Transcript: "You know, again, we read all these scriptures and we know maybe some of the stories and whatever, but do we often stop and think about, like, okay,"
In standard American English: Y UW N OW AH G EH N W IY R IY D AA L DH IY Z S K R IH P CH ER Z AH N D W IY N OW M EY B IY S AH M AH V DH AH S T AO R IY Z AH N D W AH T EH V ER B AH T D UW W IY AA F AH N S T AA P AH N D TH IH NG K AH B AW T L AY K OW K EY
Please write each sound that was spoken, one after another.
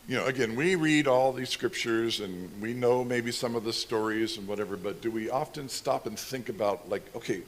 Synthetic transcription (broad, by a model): Y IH N OW AH G EH N W IY R IY D AA L DH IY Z S K R IH P CH ER Z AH N W IY N OW M EY B IY S AH M AH V DH AH S T AO R IY Z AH N W AH T EH V ER B AH T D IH W IY AA F AH N S T AA P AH N TH IH NG K AH B AW T L AY K OW K EY